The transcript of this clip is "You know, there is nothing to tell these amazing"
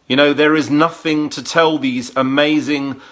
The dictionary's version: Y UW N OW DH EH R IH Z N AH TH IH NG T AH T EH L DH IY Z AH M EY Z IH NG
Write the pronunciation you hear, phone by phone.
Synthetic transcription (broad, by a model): Y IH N OW DH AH R IH Z N AH TH IH NG T AH T EH L DH IY Z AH M EY Z IH NG